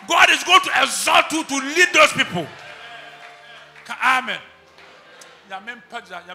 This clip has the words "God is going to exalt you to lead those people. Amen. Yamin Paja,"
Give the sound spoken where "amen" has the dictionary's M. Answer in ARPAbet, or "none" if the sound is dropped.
M